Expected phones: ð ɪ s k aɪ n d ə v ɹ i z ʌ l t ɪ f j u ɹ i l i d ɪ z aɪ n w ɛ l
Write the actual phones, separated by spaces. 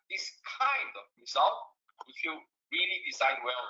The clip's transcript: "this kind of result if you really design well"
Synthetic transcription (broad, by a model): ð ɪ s k aɪ n d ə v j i s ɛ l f ɪ f j u ɹ i l i d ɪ s aɪ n w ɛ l